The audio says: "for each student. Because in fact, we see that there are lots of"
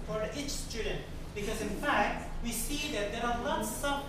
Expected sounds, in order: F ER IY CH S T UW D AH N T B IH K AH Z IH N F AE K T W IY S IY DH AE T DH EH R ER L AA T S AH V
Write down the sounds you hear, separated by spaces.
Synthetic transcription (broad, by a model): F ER IY CH S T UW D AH N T B IH K AH Z IH N F AE K T W IY S IY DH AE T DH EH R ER N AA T S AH